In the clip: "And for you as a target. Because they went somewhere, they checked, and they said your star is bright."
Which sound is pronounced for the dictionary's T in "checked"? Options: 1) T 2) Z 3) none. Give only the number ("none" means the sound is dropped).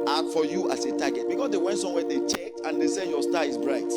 1